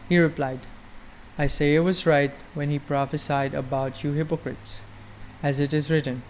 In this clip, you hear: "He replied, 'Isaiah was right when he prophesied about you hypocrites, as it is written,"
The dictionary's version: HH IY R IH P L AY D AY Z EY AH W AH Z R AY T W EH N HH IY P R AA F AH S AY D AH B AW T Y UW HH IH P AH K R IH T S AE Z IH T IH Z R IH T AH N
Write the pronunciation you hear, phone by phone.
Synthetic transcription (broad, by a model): HH IY R IH P L AY D AY S EY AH W AH Z R AY T W EH N HH IY P R AA F AH S AY D AH B AW T Y UW HH IH P AH K R IH T S AE Z IH T IH Z R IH T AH N